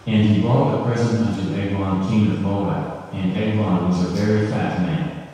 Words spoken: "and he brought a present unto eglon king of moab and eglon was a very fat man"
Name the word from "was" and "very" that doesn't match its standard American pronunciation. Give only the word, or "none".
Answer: none